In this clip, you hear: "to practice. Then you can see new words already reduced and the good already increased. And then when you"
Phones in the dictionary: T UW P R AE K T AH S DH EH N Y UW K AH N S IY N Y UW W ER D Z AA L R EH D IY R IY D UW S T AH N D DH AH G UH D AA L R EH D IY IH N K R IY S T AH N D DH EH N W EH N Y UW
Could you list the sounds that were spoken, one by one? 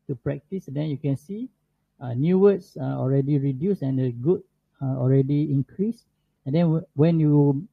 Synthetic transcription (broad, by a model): T UW P R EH K T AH S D EH N Y UW K AH N S IY N Y UW W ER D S AA L R EH D IY R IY D UW S AH N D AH G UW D AA L R EH D IY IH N K R IY S AH N D EH N W EH N Y UW